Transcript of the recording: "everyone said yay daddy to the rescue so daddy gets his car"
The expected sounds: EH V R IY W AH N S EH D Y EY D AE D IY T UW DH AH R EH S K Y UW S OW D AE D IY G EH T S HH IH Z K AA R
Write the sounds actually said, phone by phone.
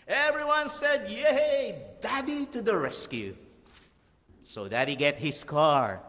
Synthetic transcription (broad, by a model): EH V R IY W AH N S EH D Y EY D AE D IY T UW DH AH R EH S K Y UW S OW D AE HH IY G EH T HH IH S K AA R